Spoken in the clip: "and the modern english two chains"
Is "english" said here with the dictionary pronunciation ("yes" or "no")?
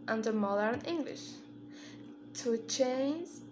yes